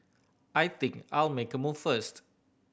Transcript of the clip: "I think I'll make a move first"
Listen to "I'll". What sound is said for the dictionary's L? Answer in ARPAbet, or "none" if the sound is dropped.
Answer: L